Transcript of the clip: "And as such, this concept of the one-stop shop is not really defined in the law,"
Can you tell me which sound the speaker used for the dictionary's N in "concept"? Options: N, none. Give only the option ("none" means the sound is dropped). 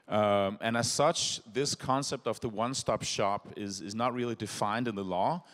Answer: N